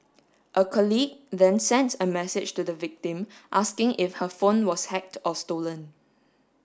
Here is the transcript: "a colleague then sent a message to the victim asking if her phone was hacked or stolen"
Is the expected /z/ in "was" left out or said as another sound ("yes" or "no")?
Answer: yes